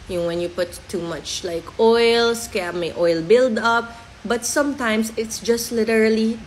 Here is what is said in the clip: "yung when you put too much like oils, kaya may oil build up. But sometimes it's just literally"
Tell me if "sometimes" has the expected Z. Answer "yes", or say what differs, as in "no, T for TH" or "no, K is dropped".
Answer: no, S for Z